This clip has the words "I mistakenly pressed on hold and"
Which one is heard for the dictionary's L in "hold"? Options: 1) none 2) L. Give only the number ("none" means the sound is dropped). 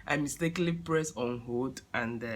1